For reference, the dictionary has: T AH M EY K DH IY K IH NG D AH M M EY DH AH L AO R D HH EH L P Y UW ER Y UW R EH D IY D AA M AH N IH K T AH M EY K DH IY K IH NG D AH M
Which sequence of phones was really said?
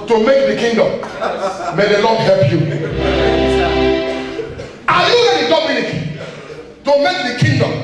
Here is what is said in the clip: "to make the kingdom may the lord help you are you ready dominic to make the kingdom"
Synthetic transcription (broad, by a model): T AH M EY K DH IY K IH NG D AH M M EY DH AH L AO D HH EH L P Y UW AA Y UW L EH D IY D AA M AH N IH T T AH M EY K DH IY K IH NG D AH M